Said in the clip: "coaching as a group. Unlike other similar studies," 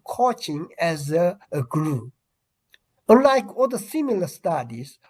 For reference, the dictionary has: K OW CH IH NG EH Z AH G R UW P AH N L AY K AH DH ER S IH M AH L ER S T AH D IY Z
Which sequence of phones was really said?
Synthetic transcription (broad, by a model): K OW CH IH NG EH Z AH G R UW AH N L AY K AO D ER S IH M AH L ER S T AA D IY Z